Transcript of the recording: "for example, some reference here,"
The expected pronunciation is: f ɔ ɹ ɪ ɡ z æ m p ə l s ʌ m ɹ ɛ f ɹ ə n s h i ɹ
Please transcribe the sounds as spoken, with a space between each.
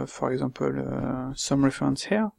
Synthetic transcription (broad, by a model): f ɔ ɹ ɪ ɡ z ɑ p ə l s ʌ m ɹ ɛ f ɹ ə n s h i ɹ